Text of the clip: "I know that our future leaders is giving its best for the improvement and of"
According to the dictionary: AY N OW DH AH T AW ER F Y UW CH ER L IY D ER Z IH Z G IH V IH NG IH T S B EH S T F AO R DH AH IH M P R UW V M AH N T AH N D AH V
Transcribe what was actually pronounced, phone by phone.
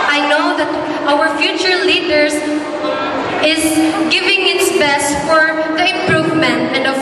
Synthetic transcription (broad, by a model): AY N OW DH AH T AW ER F Y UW CH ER L IY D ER S IH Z G IH V IH NG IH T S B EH S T F AO R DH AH IH M P R UW V M AH N T AH N D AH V